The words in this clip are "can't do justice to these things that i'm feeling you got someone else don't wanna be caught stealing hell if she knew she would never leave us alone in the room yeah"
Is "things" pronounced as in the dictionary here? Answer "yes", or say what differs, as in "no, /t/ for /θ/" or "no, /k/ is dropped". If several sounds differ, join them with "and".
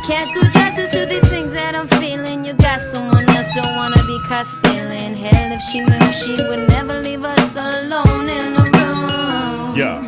yes